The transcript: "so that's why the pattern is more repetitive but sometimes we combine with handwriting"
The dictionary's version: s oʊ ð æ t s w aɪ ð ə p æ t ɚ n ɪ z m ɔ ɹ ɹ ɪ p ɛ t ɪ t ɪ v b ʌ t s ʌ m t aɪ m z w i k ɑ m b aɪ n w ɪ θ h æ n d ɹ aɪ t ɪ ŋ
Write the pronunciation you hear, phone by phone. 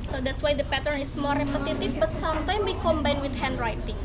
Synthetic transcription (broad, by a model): s oʊ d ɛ t s w aɪ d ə p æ t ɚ n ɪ s m ɔ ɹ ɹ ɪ p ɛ t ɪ t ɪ f b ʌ t s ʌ m t aɪ m w i k ɑ m b aɪ n w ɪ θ h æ n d ɹ aɪ t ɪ ŋ